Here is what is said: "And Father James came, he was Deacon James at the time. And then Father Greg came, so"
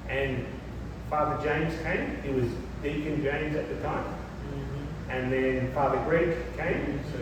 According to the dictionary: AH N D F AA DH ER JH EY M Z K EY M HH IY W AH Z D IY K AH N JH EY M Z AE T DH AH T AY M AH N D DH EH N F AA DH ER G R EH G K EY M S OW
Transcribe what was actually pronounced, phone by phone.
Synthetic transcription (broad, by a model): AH N F AA DH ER JH EY M Z K EY M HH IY W AH Z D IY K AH N JH EY M Z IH T DH AH T AY M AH N DH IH N F AA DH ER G R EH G K EY M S